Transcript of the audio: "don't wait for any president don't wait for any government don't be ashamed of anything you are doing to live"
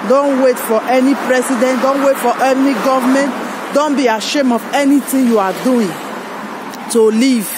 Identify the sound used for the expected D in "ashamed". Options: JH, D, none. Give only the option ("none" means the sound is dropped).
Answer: none